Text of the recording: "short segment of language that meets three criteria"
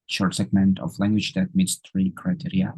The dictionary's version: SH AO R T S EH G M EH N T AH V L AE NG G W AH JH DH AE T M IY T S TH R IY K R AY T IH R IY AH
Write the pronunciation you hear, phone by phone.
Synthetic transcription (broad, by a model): SH AO R T S EH G M EH N T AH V L AE NG G W AH JH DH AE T M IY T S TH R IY K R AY T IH R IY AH